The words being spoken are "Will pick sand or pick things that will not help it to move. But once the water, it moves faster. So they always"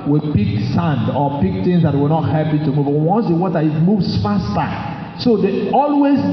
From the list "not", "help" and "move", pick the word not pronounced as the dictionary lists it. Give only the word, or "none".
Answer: help